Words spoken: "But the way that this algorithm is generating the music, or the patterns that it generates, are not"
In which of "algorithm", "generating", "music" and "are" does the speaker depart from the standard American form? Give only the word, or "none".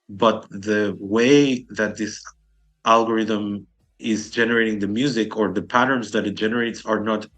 none